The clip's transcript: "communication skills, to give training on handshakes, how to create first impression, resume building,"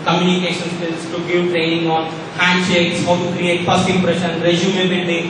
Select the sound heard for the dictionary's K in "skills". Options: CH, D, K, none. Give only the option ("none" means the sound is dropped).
none